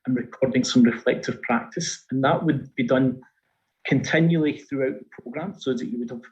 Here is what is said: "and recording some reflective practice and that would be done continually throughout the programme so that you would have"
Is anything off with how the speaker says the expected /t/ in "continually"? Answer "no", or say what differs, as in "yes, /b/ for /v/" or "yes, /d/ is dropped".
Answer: no